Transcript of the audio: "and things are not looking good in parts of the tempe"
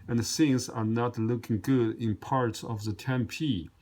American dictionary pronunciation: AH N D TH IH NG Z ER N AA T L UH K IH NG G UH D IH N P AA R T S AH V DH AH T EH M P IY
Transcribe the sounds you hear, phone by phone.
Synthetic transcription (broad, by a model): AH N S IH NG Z ER N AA T L UH K IH NG G UH D IH N P AA R T S AH V DH AH T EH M P IY